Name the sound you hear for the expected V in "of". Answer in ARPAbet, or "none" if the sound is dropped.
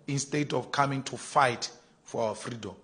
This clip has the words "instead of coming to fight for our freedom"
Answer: F